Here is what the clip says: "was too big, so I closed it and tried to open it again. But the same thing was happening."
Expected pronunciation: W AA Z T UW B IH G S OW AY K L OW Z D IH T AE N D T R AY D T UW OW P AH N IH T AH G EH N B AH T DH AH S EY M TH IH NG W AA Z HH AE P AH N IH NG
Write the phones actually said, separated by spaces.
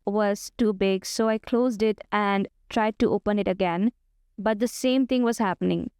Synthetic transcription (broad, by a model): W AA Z T UW B IH G S OW AY K L OW Z D IH T AE N D T R AY D T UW OW P AH N IH T AH G EH N B AH T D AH S EY M T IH NG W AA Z HH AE P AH N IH NG